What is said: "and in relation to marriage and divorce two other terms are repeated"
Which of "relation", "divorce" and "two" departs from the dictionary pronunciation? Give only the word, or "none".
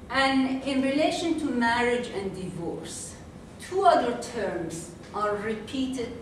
none